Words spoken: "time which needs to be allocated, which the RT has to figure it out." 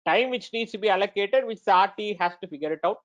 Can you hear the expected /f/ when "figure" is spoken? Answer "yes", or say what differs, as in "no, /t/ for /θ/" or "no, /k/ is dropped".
yes